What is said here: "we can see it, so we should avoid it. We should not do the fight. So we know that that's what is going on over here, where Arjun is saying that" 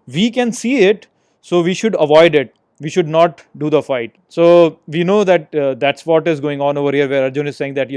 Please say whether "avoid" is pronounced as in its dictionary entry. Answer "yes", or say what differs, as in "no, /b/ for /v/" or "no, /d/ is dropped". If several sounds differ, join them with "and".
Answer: yes